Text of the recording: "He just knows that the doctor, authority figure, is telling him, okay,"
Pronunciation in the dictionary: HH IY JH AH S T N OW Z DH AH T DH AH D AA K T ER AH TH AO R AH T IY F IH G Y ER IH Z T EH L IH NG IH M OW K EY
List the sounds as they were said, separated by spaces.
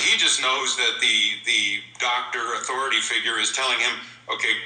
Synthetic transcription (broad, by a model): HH IY JH AH S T N OW Z DH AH T DH AH D AA K T ER AH TH AO R AH T IY F IH G Y ER IH Z T EH L IH NG IH M OW K EY